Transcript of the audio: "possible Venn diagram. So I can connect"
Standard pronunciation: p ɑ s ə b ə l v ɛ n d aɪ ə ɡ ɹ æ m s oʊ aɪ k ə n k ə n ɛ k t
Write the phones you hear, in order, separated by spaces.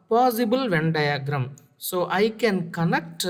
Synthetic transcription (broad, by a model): p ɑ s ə b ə l v ɛ n d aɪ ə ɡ ɹ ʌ m s oʊ aɪ k ə n k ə n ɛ k t